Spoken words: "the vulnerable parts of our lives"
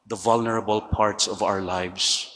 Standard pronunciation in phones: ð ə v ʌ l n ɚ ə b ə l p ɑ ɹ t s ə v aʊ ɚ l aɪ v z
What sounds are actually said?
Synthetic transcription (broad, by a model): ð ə v ʌ l n ɚ ə b ə l p ɑ ɹ t s ə v aʊ ɚ l aɪ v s